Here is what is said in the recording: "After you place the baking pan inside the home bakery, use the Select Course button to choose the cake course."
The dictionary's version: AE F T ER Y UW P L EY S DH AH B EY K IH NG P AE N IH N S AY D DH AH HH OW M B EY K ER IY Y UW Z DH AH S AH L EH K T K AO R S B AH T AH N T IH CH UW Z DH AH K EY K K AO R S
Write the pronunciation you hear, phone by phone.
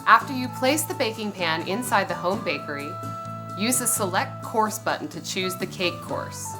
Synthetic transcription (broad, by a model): AE F T ER Y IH P L EY S DH AH B EY K IH NG P AE N IH N S AY D DH AH HH OW M B EY K ER IY Y UW Z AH S AH L EH K T K AO R S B AH T N T IH CH UW Z DH AH K EY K K AO R S